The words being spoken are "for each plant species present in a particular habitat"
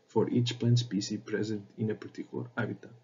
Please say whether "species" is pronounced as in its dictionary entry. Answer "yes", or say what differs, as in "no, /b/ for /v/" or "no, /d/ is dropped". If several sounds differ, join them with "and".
no, /s/ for /ʃ/ and /z/ is dropped